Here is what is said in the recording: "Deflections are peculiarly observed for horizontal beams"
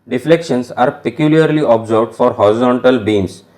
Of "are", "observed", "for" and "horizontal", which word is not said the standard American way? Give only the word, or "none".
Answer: observed